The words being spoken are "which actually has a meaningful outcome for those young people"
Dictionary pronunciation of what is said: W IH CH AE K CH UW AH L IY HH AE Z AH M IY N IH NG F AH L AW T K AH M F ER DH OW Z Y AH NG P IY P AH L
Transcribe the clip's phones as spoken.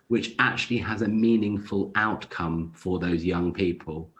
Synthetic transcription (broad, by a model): W IH CH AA K CH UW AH L IY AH Z AH M IY N IH NG F AH L AW T K AH M F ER DH OW Z Y AH NG P IY P AH L